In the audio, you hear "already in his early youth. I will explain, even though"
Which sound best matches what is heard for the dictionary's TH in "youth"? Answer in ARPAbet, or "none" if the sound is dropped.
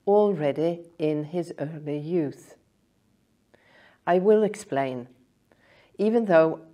TH